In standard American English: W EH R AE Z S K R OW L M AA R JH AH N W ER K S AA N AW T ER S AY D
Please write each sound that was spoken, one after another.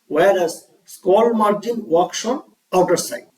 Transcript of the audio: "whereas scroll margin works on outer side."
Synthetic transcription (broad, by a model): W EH R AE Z S K OW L M AA R JH AH N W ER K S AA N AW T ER S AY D